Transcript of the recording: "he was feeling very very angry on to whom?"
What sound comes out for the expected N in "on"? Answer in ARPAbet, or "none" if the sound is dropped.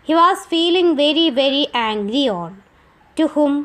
L